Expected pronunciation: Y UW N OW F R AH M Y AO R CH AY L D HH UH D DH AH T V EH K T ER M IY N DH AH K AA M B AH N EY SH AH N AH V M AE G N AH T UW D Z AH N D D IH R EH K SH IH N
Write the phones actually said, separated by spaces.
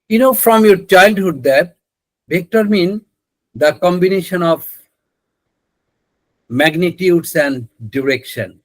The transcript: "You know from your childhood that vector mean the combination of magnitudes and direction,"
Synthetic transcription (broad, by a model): Y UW N OW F R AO M Y AO R CH AY L D HH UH D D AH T B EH K T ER M IY N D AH K AA M B AH N EY SH AH N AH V M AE G N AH T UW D S AH N D D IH R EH K SH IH N